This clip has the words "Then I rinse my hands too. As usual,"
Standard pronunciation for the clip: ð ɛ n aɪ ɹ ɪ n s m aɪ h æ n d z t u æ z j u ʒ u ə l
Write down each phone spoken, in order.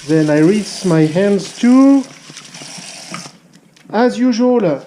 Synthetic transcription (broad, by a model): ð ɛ n aɪ ɹ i s m aɪ h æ n d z t u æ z j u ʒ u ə l